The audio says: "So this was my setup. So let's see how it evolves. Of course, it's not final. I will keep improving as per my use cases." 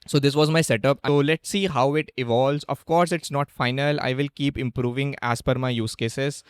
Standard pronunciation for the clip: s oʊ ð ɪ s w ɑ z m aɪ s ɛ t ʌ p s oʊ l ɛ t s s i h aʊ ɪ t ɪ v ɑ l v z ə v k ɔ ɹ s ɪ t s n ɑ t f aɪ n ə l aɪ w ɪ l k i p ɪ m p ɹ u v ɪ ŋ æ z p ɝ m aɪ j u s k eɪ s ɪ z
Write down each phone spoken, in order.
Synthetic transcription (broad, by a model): s oʊ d ɪ s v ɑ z m aɪ s ɛ t ʌ p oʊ l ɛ t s s i h aʊ ɪ t ɪ v ɑ l v z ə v k ɔ ɹ s ɪ t s n ɑ t f aɪ n ə l aɪ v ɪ l k i p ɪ m p ɹ u v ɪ ŋ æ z f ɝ m aɪ j u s k eɪ s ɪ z